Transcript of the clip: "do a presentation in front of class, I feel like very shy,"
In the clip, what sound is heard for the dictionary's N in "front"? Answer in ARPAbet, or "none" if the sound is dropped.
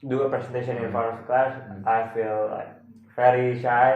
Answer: none